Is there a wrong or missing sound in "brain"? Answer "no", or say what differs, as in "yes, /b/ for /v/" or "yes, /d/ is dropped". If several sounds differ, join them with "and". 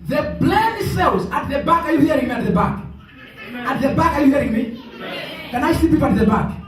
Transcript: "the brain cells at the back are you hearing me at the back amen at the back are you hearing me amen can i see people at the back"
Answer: yes, /l/ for /ɹ/